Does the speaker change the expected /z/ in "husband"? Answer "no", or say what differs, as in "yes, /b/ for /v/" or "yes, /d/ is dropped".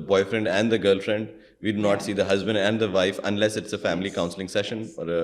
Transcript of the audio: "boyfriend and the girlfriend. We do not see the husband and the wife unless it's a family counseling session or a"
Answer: no